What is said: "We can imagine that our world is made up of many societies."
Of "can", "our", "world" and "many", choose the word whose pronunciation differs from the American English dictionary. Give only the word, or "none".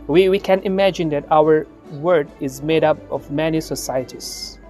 world